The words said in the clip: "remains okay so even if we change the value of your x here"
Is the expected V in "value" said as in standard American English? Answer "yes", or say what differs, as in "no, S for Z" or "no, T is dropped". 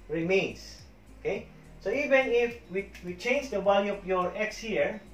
no, B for V